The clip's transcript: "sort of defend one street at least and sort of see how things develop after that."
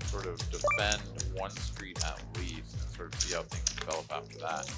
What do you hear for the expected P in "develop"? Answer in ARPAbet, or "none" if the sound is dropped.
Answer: B